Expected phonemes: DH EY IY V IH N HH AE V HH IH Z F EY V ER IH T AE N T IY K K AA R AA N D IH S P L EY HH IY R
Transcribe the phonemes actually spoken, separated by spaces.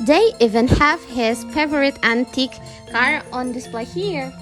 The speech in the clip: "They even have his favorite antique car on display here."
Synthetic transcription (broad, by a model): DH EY IY V IH N HH AE V HH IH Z P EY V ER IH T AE N T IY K K AA R AA N D IH S P L EY HH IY R